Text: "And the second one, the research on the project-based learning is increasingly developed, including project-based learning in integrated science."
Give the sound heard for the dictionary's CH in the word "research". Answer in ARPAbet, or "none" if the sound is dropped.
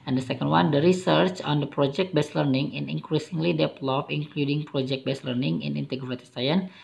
CH